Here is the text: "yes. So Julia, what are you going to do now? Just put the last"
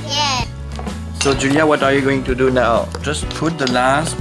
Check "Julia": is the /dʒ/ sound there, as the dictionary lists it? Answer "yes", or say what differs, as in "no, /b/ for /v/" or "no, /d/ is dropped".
yes